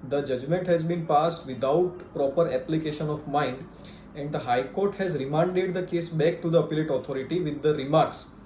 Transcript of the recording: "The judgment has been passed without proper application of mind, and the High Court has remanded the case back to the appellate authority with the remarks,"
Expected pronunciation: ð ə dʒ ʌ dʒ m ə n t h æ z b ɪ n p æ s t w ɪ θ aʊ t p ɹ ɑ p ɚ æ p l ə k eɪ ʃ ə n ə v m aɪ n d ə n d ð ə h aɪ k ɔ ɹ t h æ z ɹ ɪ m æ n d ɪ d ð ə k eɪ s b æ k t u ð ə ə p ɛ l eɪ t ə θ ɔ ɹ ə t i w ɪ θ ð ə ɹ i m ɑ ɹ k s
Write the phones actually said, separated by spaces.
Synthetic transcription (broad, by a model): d ə dʒ ʌ dʒ m ə n t h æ z b ɪ n p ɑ s t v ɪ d aʊ t p ɹ ɑ p ɚ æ p l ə k eɪ ʃ ə n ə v m aɪ n d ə n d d ə h aɪ k ɔ ɹ t h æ z ɹ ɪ m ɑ n d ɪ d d ə k eɪ s b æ k t u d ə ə p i l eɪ t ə t ɔ ɹ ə t i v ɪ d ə ɹ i m ɑ ɹ k s